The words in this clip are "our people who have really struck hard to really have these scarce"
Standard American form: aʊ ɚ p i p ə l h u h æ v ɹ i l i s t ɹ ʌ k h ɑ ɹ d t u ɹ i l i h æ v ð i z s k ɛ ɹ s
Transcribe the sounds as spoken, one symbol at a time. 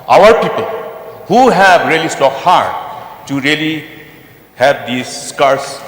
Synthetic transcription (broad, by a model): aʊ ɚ p i p ə l h u h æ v ɹ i l i s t ɔ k h ɑ ɹ d t u ɹ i l i h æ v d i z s k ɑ ɹ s